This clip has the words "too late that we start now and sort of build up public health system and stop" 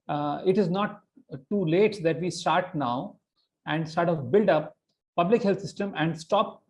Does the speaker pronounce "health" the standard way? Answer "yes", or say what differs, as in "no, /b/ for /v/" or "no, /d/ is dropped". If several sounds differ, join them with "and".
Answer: no, /t/ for /θ/